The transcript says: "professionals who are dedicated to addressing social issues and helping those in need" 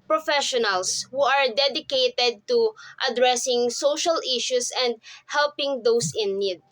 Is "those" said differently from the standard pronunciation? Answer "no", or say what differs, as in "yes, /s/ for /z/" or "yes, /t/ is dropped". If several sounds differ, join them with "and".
yes, /s/ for /z/